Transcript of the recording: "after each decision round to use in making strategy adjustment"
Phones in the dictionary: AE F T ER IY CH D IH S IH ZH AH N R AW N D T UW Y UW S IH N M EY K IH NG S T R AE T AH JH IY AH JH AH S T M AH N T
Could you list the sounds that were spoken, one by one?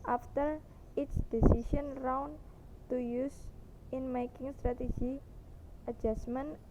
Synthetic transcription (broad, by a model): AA F T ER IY S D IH S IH SH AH N R AW N T UW Y UW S IH N M EY K IH NG S T R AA T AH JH IY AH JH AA S M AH N